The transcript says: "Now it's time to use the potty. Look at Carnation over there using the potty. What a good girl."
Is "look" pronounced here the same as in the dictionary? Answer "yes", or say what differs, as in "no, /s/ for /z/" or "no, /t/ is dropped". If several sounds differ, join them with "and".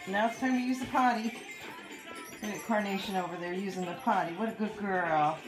no, /k/ is dropped